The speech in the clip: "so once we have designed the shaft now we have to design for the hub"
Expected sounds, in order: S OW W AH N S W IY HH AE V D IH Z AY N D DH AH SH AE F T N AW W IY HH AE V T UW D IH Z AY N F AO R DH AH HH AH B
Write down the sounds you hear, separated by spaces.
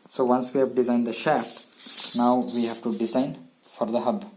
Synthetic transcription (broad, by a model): S OW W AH N S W IY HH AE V D IH Z AY N D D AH SH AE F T N AW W IY HH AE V T UW D IH Z AY N F AO R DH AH HH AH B